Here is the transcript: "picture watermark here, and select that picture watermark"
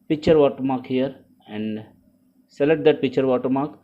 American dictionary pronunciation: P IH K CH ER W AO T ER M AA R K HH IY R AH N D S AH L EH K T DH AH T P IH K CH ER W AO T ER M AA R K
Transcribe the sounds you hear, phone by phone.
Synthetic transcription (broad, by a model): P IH K CH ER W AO T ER M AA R K HH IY R AH N D S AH L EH T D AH T P IH K CH ER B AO T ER M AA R K